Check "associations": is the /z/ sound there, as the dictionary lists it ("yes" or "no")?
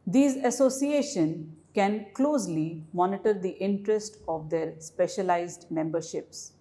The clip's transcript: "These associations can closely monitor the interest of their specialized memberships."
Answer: no